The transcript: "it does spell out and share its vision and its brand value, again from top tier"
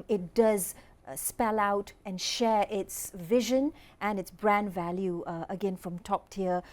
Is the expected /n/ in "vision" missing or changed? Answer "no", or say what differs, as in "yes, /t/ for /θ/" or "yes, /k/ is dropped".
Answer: no